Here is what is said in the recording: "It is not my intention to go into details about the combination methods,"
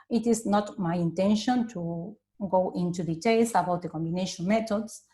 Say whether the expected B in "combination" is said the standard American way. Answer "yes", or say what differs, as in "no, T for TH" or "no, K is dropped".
yes